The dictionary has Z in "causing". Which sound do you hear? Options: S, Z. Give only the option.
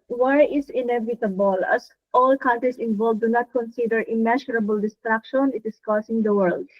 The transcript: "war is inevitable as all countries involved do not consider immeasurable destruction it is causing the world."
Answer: S